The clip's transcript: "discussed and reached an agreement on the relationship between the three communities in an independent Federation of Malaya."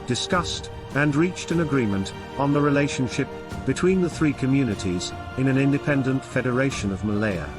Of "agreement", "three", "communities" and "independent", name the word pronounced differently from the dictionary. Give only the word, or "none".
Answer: none